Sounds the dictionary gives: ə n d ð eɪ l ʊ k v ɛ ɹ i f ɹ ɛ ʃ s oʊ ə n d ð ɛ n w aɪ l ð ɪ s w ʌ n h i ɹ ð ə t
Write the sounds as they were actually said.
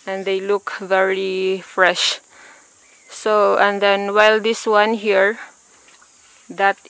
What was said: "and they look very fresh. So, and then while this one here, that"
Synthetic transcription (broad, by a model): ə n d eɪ l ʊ k v ɛ ɹ i f ɹ ɛ ʃ s oʊ ə n d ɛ n w aɪ l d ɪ s w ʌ n h i ɹ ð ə t